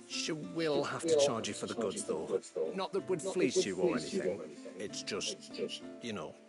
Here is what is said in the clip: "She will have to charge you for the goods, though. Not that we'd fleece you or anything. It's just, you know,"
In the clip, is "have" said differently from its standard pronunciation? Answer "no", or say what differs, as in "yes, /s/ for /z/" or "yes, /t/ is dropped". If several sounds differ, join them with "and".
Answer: yes, /f/ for /v/